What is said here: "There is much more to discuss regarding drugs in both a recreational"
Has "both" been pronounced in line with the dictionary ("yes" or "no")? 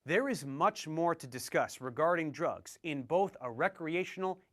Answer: yes